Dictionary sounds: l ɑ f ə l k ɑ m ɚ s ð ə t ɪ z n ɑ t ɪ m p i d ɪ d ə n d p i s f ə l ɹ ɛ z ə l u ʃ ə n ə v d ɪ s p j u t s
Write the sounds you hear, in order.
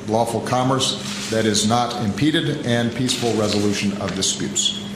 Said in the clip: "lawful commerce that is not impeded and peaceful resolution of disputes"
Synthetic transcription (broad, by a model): l ɑ f l k ɑ m ɚ s ð ə t ɪ z n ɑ t ɪ m p i d ɪ d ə n p i s f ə l ɹ ɛ z ə l u ʃ ə n ə v d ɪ s p j u t s